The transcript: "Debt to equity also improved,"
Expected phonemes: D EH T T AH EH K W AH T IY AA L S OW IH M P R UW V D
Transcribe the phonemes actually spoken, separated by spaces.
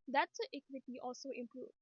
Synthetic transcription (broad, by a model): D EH T S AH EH K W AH T IY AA L S OW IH M P R UW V